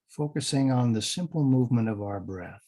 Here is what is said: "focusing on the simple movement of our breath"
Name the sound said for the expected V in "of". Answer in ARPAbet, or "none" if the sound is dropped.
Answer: V